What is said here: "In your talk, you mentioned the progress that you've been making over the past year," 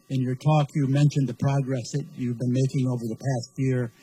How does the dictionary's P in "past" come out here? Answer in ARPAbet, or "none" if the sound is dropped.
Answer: P